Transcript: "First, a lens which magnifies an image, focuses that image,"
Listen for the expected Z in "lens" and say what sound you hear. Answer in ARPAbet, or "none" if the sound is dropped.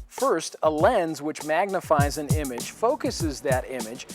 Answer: Z